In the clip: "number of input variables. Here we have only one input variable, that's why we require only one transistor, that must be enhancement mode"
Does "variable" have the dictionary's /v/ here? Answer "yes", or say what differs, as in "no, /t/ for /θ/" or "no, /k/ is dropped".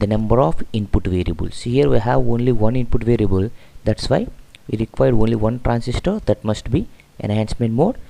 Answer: yes